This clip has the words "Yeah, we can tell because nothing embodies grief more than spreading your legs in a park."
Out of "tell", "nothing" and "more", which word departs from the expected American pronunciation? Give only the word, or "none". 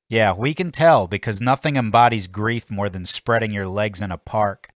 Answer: none